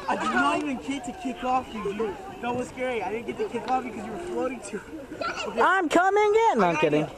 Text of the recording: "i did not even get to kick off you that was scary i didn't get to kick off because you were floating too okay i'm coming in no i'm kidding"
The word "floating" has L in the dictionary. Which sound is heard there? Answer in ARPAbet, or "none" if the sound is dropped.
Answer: none